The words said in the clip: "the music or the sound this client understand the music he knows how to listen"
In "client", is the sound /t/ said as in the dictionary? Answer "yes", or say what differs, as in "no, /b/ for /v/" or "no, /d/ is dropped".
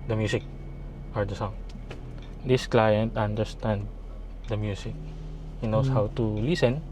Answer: yes